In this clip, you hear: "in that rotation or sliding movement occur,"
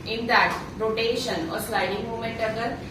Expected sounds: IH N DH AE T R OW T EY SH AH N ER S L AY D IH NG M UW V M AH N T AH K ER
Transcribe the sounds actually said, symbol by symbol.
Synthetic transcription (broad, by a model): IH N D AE T R OW T EY SH AH N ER S L AY D IH NG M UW M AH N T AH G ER